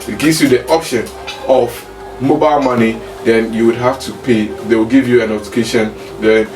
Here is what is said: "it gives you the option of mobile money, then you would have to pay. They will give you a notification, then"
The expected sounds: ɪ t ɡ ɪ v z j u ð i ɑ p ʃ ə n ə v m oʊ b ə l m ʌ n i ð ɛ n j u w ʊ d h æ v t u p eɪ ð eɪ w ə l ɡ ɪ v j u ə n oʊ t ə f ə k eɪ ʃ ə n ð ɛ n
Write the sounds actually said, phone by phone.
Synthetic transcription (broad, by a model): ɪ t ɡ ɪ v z j u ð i ɑ p ʃ ə n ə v m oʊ b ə l m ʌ n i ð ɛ n j u w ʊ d h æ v t u p eɪ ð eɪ w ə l ɡ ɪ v j u ə n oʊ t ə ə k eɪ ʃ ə n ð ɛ n